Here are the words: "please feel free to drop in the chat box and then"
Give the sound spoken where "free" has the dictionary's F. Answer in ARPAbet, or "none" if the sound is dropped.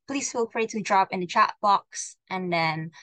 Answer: P